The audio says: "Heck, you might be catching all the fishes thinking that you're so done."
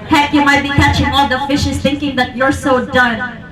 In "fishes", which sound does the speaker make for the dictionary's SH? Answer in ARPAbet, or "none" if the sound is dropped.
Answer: SH